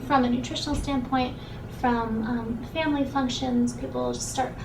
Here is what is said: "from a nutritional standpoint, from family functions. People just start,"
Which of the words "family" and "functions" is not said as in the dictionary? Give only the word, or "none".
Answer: none